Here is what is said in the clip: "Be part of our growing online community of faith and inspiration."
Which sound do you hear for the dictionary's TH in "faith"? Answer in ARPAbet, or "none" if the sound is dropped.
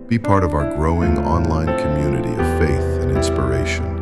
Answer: TH